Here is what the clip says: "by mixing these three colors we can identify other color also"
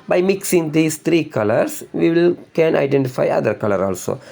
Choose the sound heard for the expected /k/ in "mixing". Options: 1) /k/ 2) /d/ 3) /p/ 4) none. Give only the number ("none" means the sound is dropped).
1